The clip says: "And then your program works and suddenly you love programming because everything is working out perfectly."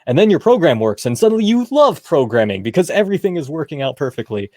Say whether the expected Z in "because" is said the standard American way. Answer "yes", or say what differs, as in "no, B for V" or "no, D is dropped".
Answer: yes